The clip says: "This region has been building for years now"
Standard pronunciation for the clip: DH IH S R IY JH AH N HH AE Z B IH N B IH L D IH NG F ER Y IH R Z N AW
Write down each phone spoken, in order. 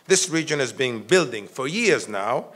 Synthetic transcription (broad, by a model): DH IH S R IY JH AH N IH Z B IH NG B IH L D IH NG F ER Y IH R Z N AW